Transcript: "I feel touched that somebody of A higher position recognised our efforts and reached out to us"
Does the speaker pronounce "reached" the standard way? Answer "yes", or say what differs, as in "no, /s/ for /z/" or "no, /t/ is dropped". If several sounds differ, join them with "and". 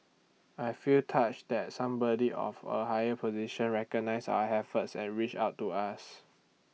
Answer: no, /t/ is dropped